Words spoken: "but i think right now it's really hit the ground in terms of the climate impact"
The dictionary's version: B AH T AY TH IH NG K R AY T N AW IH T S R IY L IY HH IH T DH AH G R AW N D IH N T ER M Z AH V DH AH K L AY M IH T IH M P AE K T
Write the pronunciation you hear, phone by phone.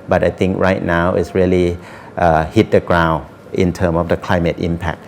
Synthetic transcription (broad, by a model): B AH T AY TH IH NG K R AY T N AW IH T S R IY L IY HH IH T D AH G R AW N IH N T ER M AH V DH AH K L AY M IH T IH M P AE K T